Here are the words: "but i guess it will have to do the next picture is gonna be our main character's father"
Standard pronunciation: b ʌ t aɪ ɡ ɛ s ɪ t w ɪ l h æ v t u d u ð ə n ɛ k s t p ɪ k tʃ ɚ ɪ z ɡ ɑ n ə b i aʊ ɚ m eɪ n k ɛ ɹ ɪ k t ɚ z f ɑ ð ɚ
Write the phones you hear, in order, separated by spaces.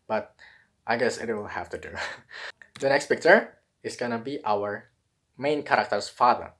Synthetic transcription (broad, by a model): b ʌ t aɪ ɡ ɛ s ɪ t w ɪ l h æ f t u d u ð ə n ɛ k s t p ɪ k tʃ ɚ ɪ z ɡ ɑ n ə b i aʊ ɚ m eɪ n k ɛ ɹ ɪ k t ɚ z f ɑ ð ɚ